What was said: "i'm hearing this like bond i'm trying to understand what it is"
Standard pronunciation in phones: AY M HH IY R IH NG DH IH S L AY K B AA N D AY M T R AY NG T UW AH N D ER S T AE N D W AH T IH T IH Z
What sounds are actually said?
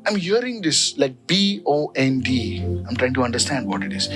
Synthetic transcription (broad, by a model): AY M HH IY R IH NG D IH S L AY K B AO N D AY M T R AY NG T UW AH N D ER S T AE N D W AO T IH T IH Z